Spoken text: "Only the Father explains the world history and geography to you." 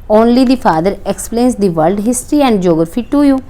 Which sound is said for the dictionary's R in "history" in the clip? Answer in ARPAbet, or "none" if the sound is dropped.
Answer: R